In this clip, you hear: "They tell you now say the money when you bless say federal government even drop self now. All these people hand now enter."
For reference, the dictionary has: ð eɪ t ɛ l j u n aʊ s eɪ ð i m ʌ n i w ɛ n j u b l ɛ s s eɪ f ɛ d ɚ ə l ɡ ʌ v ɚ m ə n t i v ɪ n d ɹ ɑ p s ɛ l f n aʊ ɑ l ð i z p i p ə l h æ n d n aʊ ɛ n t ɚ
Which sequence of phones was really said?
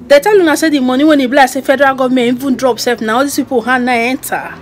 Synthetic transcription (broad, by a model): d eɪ t ɛ l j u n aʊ s eɪ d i m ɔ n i w ɛ n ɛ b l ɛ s s eɪ f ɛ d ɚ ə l ɡ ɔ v m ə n i v ɪ n d ɹ ɑ p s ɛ f n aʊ ɑ l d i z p i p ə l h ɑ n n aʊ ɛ n t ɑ